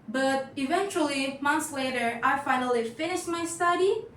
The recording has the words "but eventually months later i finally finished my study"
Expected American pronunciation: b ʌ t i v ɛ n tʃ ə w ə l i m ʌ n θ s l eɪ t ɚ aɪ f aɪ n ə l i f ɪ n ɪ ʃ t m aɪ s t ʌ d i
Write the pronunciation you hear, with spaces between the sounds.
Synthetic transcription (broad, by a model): b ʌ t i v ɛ n tʃ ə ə l i m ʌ n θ s l eɪ t ɚ aɪ f aɪ n ə l i f ɪ n ɪ ʃ t m aɪ s t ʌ d i